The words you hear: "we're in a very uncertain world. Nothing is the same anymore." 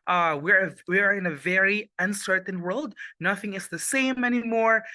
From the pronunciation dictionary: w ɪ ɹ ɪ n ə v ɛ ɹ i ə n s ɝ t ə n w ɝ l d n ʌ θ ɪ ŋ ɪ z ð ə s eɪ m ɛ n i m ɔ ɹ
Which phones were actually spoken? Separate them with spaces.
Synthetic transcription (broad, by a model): w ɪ ɹ ɪ n ə v ɛ ɹ i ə n s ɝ t n w ɝ l d n ʌ θ ɪ ŋ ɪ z ð ə s eɪ m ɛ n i m ɔ ɹ